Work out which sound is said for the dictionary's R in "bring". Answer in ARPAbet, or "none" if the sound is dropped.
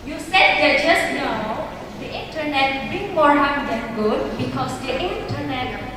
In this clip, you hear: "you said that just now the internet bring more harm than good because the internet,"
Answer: none